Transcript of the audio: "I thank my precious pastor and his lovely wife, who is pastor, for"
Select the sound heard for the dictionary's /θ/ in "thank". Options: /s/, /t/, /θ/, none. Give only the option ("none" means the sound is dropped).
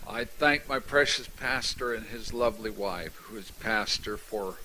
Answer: /θ/